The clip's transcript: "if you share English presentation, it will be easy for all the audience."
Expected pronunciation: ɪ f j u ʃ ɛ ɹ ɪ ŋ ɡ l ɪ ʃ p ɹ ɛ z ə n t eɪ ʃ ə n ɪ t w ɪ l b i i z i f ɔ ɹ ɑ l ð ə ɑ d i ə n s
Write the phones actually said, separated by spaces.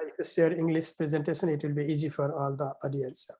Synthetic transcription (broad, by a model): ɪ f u s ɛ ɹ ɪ ŋ ɡ l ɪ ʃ p ɹ ɛ z ə n t eɪ ʃ ə n ɪ t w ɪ l b i i z i f ɔ ɹ ɑ l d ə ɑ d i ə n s